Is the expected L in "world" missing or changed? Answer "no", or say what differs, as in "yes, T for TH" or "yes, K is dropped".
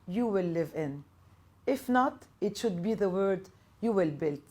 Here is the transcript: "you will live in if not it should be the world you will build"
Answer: yes, L is dropped